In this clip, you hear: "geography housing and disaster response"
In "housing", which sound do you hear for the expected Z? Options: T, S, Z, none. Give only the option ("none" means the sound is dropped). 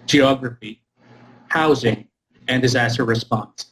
Z